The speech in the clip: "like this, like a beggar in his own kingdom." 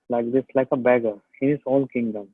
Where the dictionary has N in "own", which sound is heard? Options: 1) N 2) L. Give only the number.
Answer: 2